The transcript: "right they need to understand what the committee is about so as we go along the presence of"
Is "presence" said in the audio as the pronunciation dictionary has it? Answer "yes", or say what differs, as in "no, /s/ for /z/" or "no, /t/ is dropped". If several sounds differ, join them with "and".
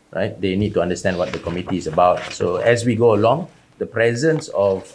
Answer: yes